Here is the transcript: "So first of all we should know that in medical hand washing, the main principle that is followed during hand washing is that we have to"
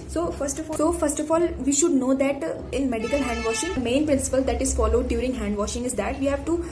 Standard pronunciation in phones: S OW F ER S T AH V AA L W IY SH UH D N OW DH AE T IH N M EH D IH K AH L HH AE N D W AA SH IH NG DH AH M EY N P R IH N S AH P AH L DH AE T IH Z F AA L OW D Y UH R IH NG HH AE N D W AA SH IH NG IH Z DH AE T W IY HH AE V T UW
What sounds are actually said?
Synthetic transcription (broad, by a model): S OW F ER S T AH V AA L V IY SH UH D N OW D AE T IH N M EH D IH K AH L HH AE N D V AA SH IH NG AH M EY N P R IH N S AH P AH L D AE T IH Z F AA L OW D Y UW R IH NG HH AE N D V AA SH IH NG IH Z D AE T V IY HH AE V T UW